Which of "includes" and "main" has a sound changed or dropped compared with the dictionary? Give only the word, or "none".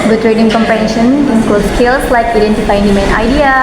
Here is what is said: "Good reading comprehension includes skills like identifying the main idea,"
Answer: includes